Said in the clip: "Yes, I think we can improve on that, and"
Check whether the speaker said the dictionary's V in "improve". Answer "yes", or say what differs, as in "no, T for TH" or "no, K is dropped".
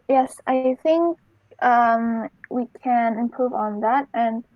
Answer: yes